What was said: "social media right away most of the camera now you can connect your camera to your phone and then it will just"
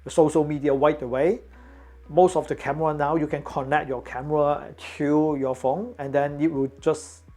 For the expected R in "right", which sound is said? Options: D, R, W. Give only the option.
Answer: W